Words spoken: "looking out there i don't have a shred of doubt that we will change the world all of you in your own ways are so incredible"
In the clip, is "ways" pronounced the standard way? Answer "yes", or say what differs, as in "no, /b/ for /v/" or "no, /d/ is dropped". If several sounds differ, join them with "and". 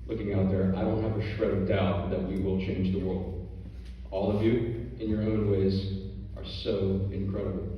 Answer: yes